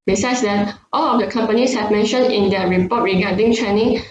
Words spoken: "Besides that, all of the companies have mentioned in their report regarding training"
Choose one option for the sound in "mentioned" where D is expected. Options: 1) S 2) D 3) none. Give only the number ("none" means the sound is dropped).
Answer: 3